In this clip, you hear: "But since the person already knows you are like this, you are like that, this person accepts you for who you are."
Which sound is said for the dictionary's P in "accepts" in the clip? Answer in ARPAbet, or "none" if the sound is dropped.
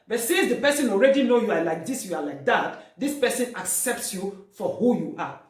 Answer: P